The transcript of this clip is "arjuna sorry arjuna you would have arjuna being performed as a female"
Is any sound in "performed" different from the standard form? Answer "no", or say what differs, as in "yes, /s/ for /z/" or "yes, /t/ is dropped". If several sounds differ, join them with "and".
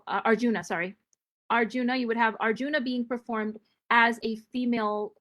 no